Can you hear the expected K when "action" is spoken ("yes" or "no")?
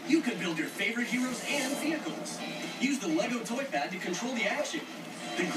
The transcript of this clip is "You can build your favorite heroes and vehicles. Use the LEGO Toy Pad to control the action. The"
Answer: no